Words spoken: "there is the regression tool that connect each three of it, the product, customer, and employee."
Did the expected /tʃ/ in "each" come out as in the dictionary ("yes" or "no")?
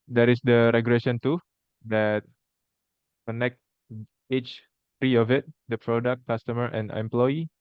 yes